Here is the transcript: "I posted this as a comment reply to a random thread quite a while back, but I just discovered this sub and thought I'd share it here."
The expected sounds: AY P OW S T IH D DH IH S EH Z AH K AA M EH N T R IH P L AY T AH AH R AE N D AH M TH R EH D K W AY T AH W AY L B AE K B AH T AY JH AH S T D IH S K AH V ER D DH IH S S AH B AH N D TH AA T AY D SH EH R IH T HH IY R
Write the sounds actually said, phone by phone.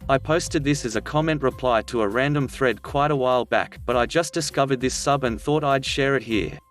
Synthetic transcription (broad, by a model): AY P OW S T IH D DH IH S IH Z AH K AA M EH N T R IH P L AY T AH AH R AE N D AH M TH R EH D K W AY T AH W AY L B AE K B AH T AY JH AH S D IH S K AH V ER D DH IH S S AH B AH N TH AA T AY D SH EH R IH T HH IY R